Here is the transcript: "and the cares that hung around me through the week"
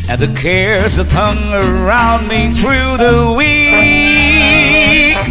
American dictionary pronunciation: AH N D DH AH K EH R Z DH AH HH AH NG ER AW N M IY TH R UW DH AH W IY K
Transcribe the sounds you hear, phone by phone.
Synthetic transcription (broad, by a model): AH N DH AH K EH R Z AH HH AH NG ER AW N M IY TH R UW DH AH W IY